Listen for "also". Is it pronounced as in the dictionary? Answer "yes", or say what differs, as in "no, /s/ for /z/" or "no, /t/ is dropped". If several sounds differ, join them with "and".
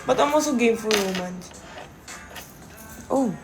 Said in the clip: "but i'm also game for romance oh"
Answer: no, /l/ is dropped